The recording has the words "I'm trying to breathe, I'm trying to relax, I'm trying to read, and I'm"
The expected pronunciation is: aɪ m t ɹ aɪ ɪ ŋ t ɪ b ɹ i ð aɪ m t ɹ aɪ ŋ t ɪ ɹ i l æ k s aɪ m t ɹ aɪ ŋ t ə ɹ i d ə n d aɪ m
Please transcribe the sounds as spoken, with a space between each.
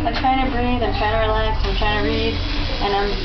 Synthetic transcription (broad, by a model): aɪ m t ɹ aɪ ɪ ŋ t ɪ b ɹ i ð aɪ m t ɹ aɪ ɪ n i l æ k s aɪ m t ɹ aɪ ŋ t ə ɹ i d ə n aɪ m